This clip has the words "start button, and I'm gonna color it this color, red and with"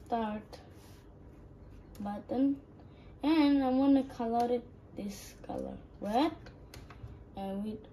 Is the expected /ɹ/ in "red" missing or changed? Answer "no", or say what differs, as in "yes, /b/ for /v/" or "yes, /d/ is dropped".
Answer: yes, /w/ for /ɹ/